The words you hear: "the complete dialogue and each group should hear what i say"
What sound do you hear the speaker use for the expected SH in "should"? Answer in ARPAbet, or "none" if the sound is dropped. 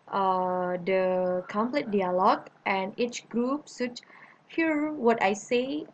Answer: S